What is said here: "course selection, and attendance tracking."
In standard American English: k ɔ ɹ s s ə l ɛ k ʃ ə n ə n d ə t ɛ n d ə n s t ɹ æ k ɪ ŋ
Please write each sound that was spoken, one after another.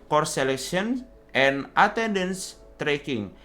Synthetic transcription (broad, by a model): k ɔ ɹ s s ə l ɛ k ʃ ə n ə n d ə t ɛ n d ə n s t ɹ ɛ k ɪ ŋ